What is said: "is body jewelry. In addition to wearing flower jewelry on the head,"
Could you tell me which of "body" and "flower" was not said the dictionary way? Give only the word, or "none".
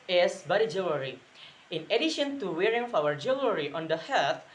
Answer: flower